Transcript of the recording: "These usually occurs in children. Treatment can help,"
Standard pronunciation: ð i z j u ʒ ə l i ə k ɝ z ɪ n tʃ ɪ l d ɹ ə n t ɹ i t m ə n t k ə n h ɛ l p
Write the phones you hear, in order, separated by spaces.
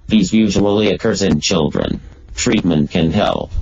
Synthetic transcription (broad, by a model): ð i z j u ʒ ə l i ə k ɝ z ɪ n tʃ ɪ l d ɹ ə n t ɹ i t m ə n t k ə n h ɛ l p